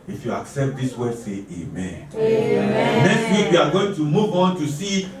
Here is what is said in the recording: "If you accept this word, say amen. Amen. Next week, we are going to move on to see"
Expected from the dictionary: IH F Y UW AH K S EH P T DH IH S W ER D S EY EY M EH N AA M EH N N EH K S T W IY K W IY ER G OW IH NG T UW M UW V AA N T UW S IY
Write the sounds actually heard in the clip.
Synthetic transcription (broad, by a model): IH F Y UW AH K S EH P T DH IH S W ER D S EY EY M M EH N N EH K S T W IY K W IY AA G OW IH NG T UW M UW V AA N T UW S IY